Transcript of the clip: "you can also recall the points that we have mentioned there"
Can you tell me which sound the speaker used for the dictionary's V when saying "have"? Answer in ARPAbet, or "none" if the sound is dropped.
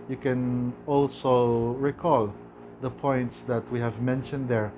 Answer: V